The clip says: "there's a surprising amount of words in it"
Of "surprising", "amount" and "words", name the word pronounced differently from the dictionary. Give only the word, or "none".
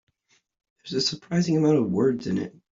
none